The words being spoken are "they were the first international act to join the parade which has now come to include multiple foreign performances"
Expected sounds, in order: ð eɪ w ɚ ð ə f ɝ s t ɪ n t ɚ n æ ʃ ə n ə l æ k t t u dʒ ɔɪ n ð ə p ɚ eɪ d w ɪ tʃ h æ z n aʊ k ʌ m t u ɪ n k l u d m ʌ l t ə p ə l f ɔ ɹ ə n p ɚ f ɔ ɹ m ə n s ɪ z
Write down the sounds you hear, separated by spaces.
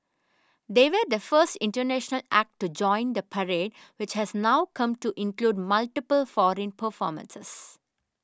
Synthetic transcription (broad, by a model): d eɪ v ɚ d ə f ɝ s t ɪ n t ɚ n æ ʃ ə n ə l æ k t t u dʒ ɔɪ n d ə p ɚ eɪ d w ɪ tʃ h æ z n aʊ k ʌ m t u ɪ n k l u d m ʌ l t ə p ə l f ɔ ɹ ə n p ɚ f ɔ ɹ m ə n s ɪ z